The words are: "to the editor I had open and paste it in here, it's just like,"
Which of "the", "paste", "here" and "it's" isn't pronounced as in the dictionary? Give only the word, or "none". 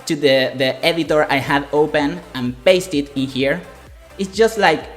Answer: none